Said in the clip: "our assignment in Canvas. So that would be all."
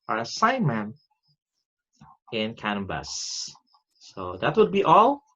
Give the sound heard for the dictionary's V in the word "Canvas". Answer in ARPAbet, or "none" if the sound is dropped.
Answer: B